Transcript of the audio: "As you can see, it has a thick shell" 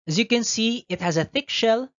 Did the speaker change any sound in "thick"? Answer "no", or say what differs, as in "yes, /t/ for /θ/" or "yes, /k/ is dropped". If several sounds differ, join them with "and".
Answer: no